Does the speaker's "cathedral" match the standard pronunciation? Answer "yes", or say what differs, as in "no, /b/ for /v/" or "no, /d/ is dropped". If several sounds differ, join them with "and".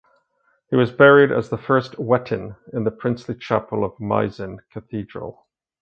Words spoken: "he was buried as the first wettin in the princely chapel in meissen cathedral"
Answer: yes